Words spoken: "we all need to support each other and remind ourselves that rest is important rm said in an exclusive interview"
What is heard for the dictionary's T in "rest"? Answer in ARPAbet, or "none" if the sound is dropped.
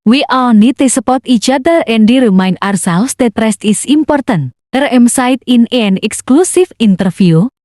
T